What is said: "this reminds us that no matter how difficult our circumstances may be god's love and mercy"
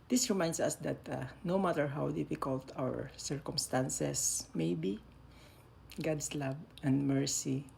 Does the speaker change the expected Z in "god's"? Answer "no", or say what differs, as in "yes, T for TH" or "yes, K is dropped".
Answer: yes, S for Z